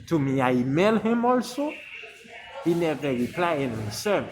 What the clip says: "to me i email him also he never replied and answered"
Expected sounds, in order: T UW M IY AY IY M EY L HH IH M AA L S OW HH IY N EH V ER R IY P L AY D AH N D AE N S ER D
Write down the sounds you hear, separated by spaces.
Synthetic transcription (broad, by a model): T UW M IY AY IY M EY L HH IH M AA L S OW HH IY N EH V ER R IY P L AY AH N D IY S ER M